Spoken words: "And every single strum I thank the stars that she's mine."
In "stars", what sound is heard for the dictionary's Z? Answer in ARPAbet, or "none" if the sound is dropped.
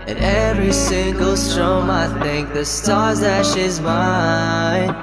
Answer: Z